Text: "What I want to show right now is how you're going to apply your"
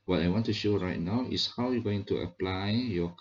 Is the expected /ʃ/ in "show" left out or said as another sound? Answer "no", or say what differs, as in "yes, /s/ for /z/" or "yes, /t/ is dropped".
no